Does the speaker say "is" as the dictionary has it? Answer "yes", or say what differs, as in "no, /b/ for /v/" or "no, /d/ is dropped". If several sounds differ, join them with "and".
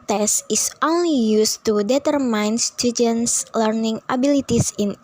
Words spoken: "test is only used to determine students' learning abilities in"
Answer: no, /s/ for /z/